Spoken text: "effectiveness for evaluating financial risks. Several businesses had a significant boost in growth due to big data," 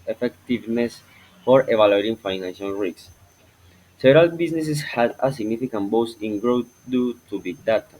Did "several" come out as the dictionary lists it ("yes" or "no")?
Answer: no